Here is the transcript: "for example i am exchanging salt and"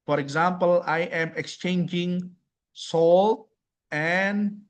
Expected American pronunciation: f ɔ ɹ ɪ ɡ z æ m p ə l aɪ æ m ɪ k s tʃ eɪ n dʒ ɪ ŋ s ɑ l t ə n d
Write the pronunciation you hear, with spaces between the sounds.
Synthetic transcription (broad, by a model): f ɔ ɹ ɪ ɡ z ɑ m p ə l aɪ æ m ɪ k s tʃ eɪ n dʒ ɪ ŋ s ɑ l t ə n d